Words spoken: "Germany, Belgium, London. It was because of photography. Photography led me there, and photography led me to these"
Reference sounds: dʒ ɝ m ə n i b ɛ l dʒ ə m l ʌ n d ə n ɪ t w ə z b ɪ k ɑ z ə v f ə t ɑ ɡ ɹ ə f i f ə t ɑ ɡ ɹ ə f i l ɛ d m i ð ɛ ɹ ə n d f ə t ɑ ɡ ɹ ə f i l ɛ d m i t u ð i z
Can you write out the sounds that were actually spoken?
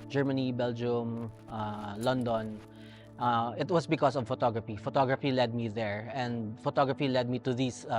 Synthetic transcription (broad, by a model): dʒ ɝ m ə n i b ɛ l dʒ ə m l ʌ n d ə n ɪ t w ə s b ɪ k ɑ s ə v f ə t ɑ ɡ ɹ ə f i f ə t ɑ ɡ ɹ ə f i l ɛ d m i ð ɛ ɹ ə n d f ə t ɑ ɡ ɹ ə f i l ɛ d m i t u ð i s